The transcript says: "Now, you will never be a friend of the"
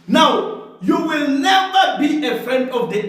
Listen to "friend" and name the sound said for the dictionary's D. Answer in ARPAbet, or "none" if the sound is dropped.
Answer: D